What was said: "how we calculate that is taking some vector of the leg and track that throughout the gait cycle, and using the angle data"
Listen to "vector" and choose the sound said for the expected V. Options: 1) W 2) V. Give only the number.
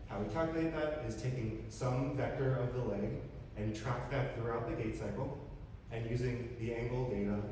2